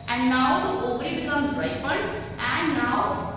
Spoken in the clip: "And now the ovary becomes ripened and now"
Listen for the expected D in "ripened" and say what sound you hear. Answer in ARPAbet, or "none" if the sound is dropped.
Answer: none